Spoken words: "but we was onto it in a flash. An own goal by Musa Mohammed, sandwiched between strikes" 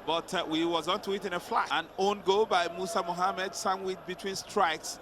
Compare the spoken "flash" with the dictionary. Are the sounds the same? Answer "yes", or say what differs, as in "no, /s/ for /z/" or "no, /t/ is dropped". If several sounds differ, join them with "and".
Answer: no, /ʃ/ is dropped